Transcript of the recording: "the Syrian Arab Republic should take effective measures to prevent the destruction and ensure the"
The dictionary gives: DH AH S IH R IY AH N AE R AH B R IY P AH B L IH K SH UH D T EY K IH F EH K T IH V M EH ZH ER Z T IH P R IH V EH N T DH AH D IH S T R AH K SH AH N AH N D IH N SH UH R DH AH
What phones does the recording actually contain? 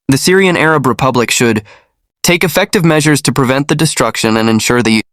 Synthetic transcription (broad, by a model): DH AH S IH R IY AH N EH R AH B R IY P AH B L IH K SH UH D T EY K IH F EH K T IH V M EH ZH ER Z T IH P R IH V EH N DH AH D IH S T R AH K SH AH N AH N IH N SH UH R DH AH